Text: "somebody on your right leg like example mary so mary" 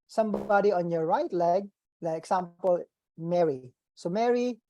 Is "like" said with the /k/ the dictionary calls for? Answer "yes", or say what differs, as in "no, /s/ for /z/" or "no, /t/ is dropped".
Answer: no, /k/ is dropped